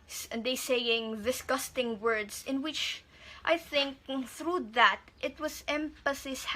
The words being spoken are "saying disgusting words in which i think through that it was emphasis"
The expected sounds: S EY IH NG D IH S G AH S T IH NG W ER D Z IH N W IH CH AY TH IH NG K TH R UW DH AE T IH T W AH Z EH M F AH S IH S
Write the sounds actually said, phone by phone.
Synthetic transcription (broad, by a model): S EY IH NG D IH S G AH S T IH NG W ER D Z IH N W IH CH AY TH IH NG K TH R UW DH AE T IH T W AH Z EH M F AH S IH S